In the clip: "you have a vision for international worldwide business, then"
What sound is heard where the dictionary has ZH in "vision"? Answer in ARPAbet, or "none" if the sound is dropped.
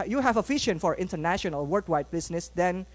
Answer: SH